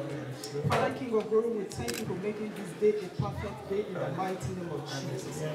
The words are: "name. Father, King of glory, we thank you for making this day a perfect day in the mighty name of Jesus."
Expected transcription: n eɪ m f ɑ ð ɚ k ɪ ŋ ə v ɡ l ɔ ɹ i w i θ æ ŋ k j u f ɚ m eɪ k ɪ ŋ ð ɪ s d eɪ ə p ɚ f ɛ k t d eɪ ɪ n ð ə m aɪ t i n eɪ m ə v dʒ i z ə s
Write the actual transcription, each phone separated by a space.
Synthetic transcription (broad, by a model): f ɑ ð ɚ k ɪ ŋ ə v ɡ ɔ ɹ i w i t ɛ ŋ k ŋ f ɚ m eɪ k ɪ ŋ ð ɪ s d eɪ ə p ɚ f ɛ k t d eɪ ɪ n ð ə m aɪ t i n eɪ m ə v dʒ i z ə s